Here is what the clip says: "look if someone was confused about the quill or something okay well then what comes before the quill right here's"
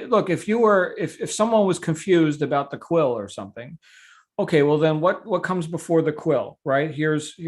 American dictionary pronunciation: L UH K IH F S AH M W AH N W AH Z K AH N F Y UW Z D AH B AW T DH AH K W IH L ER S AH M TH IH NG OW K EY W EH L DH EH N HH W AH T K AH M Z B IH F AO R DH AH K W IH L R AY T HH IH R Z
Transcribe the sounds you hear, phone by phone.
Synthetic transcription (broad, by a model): L UH K IH F S AH M W AH N W AH Z K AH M F Y UW Z D AH B AW T DH AH K W IH L ER S AH M TH IH NG OW K EY W EH L DH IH N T W AH T K AH M Z B IH F AO R DH AH K W IH L R AY T HH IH R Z